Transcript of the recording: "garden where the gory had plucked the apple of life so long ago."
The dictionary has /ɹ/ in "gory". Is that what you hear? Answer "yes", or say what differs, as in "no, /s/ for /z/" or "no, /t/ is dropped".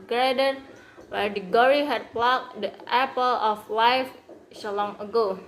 yes